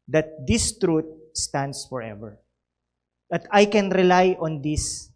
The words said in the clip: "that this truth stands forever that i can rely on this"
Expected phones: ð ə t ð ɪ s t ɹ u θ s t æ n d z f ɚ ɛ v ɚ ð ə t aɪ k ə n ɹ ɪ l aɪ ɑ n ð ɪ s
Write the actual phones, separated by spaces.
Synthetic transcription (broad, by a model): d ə t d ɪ s t ɹ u t s t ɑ n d s f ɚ ɛ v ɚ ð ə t aɪ k ə n ɹ ɪ l aɪ ɑ n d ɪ s